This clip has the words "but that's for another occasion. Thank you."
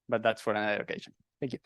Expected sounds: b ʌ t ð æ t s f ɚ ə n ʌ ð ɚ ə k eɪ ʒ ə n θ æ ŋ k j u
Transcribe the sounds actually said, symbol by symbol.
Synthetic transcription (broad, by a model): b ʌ t ð æ t s f ɚ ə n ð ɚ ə k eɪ ʃ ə n θ æ ŋ k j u